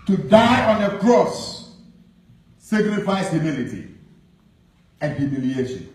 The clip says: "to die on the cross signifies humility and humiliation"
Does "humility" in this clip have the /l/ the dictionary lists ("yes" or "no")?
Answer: yes